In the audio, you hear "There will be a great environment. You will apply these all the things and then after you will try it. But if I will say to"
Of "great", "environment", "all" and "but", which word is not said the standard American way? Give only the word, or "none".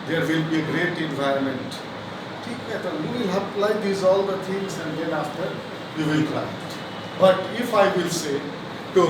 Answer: none